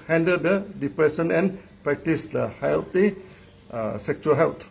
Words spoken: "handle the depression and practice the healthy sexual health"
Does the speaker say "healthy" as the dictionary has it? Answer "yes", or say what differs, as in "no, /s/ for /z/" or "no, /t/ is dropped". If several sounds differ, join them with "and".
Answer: no, /t/ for /θ/